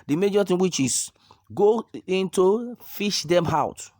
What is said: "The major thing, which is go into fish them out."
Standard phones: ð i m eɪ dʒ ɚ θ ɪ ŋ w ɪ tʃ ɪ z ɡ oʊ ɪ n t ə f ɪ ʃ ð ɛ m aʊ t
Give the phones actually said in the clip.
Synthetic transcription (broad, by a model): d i m eɪ dʒ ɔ t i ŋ w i tʃ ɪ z ɡ oʊ ɪ n t ə f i ʃ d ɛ m aʊ t